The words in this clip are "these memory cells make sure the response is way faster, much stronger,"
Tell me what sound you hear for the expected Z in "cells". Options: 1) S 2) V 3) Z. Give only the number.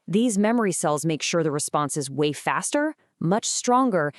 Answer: 3